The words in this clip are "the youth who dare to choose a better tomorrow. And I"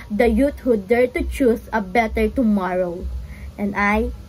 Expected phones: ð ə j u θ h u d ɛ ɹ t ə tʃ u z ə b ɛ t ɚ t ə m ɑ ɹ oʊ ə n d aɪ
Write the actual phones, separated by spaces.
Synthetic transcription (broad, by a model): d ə j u t h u d ɛ ɹ t ə tʃ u s ə b ɛ t ɚ t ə m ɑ ɹ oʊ ə n d aɪ